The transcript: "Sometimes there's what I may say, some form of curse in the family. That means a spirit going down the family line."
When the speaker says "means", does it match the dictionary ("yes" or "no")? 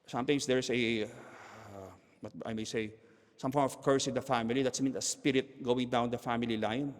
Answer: no